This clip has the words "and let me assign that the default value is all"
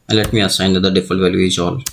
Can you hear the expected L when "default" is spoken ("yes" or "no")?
no